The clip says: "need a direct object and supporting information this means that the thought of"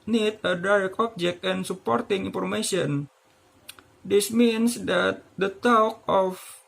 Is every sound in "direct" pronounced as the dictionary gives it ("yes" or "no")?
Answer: no